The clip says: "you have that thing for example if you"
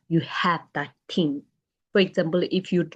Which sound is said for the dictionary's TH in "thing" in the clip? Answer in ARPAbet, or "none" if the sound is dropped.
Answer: T